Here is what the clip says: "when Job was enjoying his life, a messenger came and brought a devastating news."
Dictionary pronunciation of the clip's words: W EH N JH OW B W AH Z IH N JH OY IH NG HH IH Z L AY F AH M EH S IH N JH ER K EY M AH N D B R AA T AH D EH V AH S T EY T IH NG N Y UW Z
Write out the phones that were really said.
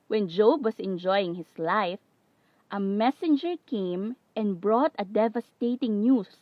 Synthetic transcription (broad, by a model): W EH N JH OW B W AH S IH N JH OY IH NG HH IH S L AY F AH M EH S IH N JH ER K EY M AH N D B R AA T AH D EH V AH S T EY T IH NG N Y UW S